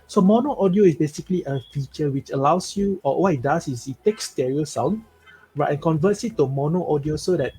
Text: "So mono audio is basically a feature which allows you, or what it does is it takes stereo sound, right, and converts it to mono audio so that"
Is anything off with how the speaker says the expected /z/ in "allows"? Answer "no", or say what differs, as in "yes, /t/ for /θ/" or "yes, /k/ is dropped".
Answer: yes, /s/ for /z/